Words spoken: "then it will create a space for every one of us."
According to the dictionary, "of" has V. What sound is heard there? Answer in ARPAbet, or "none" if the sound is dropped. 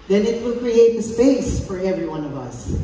V